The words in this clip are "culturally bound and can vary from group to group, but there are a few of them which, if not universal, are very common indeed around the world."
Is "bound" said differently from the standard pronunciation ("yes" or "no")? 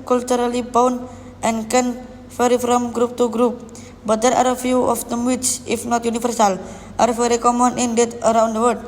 yes